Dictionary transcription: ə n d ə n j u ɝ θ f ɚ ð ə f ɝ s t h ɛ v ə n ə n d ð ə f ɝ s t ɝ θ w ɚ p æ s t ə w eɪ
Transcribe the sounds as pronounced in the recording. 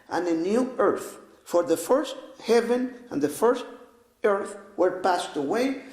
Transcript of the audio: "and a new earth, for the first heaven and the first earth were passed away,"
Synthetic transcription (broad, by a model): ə n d ə n j u ɝ θ f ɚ ð ə f ɝ s t h ɛ v ə n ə n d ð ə f ɝ s t ɝ θ w ɚ p æ s t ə w eɪ